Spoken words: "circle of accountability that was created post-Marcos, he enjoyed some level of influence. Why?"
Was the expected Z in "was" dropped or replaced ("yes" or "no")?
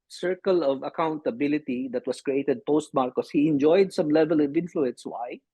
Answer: yes